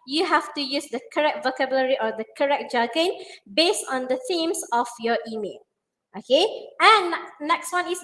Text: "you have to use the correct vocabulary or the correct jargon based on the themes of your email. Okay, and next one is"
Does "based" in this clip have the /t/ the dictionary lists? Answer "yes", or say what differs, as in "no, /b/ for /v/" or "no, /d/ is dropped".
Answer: yes